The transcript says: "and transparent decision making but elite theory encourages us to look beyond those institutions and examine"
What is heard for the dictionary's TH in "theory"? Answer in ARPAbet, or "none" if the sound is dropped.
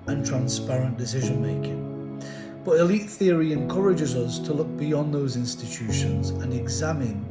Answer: TH